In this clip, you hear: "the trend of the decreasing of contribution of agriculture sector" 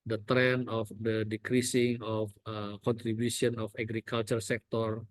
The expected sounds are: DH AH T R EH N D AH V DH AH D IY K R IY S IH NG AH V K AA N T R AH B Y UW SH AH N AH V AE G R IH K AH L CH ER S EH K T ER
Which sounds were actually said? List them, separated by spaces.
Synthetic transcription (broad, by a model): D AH T R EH N AH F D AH D IY K R IY S IH NG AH F K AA N T R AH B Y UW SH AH N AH F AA G R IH K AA L CH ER S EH K T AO